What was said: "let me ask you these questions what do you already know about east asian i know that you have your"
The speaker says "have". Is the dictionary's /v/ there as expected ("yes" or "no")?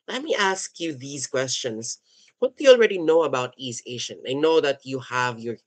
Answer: yes